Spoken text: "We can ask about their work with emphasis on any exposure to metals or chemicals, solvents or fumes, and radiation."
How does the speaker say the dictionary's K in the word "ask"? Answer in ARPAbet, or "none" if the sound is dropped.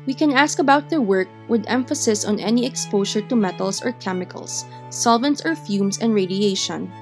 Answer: K